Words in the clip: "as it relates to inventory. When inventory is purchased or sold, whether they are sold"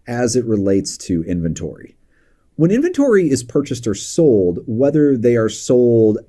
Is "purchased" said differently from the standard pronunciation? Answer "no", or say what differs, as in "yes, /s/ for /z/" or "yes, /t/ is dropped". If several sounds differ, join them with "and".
no